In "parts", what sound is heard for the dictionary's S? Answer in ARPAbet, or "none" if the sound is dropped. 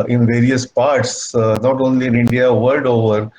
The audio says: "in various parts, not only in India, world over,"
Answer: S